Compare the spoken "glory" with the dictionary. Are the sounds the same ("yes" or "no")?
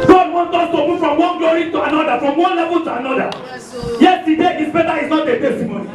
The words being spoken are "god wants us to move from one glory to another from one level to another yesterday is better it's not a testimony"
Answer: no